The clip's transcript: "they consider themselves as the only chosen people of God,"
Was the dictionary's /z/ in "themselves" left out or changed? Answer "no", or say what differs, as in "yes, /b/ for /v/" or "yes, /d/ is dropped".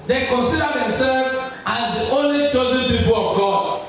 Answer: yes, /z/ is dropped